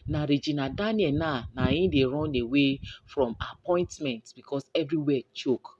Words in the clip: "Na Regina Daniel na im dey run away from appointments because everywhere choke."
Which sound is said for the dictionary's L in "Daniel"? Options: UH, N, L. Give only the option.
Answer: N